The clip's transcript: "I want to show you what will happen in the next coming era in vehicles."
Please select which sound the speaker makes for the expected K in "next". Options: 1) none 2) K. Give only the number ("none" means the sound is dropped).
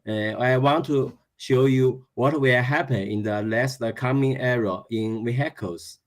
1